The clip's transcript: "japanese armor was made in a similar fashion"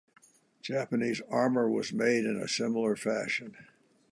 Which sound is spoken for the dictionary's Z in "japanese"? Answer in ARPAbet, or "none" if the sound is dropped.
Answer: Z